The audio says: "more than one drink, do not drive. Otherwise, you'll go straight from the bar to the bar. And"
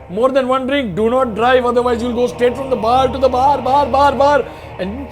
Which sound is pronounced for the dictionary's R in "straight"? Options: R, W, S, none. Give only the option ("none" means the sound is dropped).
none